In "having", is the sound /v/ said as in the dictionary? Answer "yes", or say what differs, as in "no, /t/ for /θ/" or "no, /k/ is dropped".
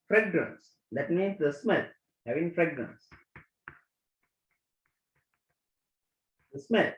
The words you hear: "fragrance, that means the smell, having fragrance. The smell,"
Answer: yes